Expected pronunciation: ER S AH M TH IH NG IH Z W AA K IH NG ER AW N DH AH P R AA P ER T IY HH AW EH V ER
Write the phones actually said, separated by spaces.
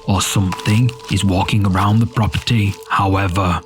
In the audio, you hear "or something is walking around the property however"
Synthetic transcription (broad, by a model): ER S AH M TH IH NG IH Z W AA K IH NG ER AW N DH AH P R AA P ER T IY HH AW EH V ER